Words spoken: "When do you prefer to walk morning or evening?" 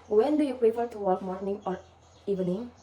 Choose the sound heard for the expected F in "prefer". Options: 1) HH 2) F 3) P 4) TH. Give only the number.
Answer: 3